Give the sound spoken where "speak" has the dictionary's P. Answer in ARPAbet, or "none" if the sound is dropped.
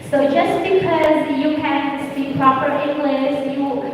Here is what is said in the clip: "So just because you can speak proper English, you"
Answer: none